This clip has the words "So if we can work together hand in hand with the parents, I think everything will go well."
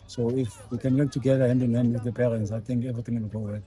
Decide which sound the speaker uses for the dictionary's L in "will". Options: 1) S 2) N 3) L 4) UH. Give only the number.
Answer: 2